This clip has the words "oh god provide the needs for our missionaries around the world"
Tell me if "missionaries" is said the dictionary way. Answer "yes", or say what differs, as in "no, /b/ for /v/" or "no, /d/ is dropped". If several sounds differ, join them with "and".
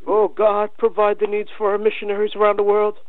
yes